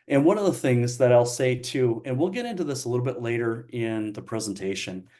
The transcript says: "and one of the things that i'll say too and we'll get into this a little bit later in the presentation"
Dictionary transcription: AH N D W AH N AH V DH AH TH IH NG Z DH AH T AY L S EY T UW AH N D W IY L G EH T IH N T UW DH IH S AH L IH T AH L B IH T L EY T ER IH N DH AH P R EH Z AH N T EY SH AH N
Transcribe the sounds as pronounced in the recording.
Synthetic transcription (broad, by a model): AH N W AH N AH V DH AH TH IH NG Z DH AH T AY L S EY T UW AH N W IY L G EH T IH N T UW DH IH S AH L IH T L B IH T L EY T ER IH N DH AH P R EH Z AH N T EY SH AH N